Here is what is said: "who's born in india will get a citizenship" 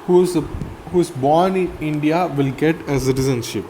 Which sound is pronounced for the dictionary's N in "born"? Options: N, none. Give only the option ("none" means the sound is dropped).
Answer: N